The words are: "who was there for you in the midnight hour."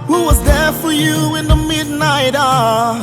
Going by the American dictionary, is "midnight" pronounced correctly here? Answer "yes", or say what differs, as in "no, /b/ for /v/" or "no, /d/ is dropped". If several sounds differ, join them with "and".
yes